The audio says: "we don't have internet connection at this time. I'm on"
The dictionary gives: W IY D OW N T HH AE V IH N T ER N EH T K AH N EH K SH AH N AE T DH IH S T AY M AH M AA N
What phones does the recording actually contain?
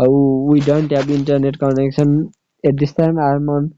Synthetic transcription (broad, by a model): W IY D OW N T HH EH B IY N T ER N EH T K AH N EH K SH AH N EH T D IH S T AY M AH M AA N